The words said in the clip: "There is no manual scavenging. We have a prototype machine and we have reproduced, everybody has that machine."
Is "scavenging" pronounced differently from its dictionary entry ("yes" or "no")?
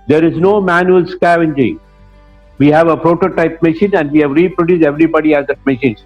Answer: no